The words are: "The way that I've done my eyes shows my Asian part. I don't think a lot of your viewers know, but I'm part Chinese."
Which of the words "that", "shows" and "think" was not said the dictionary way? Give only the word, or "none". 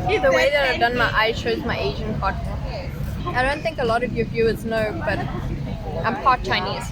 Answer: none